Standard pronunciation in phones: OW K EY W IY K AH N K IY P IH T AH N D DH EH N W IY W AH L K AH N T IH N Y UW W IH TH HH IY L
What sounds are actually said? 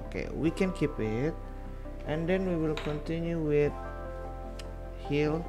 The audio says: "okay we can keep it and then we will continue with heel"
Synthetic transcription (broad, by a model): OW K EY W IY K AH N K IY P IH T AH N D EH N W IY W AH L K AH N T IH N Y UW W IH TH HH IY L